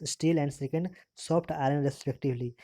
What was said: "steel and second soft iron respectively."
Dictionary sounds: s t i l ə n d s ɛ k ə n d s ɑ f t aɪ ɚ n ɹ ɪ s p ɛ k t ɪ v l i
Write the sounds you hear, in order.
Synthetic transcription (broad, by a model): s t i l ə n d s ɛ k ə n d s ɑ p t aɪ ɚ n ɹ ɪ s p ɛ k t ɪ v l i